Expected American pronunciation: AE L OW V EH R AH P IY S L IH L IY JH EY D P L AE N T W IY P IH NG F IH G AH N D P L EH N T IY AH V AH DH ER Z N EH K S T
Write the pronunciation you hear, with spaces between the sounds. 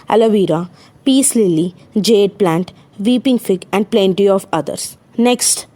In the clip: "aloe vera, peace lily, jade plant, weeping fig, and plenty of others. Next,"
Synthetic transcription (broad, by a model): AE L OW V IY R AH P IY S L IH L IY JH EY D P L AE N T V IY P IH NG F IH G AH N D P L EH N T IY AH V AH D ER S N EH K S T